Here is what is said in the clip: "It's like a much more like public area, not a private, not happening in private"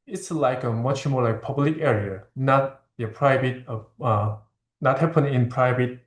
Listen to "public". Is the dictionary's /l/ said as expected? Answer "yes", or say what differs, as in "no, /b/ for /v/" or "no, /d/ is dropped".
yes